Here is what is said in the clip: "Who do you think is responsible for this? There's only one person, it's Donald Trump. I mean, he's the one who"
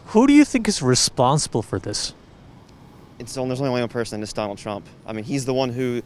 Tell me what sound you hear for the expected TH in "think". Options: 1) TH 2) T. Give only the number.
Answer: 1